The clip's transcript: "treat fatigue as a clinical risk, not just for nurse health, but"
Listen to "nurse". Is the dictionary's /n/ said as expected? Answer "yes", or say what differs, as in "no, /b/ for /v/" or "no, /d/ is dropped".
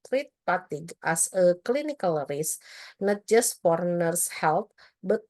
yes